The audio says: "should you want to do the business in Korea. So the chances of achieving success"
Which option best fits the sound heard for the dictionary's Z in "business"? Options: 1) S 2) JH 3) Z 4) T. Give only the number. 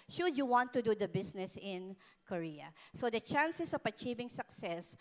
1